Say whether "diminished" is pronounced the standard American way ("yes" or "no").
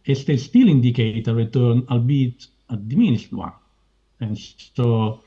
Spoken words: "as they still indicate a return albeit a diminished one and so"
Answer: no